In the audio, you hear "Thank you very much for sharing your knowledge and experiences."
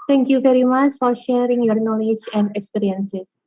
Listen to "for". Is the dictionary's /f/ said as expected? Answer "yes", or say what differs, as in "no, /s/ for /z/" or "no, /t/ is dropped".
yes